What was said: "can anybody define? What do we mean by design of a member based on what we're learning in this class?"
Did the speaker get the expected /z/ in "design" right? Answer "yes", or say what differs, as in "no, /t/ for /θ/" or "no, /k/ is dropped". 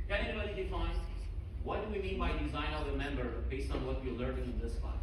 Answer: yes